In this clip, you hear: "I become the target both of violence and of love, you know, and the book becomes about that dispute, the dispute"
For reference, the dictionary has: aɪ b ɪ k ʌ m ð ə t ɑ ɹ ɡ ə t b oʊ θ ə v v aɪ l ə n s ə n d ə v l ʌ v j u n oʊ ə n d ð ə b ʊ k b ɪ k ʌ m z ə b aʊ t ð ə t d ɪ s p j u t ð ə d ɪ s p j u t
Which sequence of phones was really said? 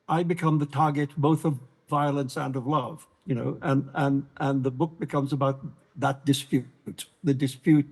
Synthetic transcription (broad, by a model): aɪ b ɪ k ʌ m ð ə t ɑ ɹ ɡ ə t b oʊ θ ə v v aɪ l ə n s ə n ə v l ʌ v j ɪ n oʊ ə n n ð ə b ʊ k b ɪ k ʌ m z ə b aʊ t ð ə t d ɪ s p j u t ð ə d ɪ s p j u t